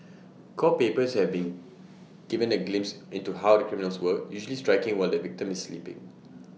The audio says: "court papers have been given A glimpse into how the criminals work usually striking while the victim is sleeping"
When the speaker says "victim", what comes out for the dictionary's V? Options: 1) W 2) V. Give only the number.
2